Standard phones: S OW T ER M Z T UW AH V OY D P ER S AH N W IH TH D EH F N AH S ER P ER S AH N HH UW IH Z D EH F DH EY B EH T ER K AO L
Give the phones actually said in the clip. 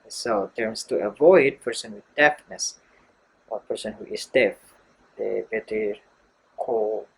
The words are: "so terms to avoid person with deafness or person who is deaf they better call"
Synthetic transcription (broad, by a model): S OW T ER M S T UW AH V OY D P ER S AH N W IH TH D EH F N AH S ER P ER S AH N HH UW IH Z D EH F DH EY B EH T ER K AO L